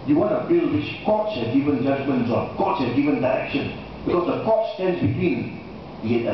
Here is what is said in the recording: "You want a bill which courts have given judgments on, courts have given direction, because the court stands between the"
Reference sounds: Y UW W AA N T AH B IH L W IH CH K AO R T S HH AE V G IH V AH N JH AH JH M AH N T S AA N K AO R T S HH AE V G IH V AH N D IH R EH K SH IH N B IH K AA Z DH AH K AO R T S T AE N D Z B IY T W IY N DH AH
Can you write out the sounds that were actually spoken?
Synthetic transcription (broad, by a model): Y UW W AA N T AH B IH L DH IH S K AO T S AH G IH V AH N JH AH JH M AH N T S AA K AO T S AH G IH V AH N D IH R EH K SH IH N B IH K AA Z DH AH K AO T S T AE N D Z B IY T W IY N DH